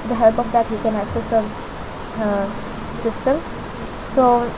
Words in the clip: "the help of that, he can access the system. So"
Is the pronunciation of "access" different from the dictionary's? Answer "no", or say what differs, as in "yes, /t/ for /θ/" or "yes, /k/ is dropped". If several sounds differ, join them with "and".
no